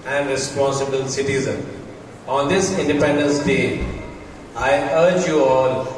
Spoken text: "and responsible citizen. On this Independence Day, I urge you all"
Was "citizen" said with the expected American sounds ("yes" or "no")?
yes